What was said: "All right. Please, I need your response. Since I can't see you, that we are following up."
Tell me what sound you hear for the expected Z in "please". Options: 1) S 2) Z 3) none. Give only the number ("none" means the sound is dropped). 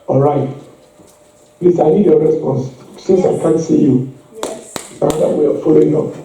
1